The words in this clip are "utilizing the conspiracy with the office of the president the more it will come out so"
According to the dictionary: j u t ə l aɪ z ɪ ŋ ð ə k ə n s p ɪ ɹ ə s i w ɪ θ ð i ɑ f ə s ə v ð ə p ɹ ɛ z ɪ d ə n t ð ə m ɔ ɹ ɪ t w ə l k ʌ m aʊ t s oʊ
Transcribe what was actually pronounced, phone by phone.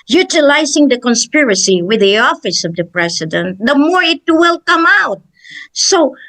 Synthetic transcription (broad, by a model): j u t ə l aɪ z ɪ ŋ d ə k ə n s p ɪ ɹ ə s i w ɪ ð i ɑ f ə s ə v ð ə p ɹ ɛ s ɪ d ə n t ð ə m ɔ ɹ ɪ t w ə l k ʌ m aʊ t s oʊ